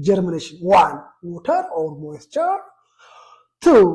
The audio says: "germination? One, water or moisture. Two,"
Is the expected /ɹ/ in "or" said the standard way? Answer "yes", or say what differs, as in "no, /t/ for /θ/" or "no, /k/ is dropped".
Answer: no, /l/ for /ɹ/